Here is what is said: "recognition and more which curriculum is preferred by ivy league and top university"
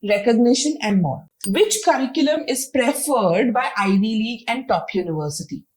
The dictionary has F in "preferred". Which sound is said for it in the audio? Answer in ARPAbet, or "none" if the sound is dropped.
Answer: F